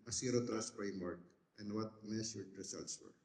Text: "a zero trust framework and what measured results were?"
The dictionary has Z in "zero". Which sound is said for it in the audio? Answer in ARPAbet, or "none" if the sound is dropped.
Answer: S